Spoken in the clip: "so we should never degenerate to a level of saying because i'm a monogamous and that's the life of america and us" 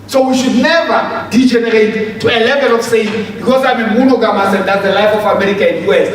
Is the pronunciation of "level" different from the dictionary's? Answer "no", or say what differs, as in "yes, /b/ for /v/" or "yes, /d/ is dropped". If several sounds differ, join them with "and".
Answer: no